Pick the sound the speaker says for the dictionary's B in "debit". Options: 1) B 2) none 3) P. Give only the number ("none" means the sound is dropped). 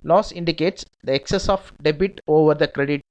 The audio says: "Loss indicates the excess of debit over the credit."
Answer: 1